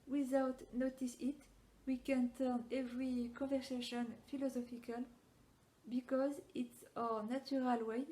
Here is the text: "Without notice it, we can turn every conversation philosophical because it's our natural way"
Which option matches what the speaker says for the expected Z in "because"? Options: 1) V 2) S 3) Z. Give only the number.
3